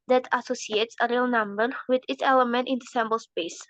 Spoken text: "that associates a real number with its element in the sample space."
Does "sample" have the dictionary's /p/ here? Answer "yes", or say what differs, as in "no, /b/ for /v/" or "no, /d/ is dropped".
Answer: no, /b/ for /p/